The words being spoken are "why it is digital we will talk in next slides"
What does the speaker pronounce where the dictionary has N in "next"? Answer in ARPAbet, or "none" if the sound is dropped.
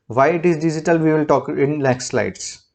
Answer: L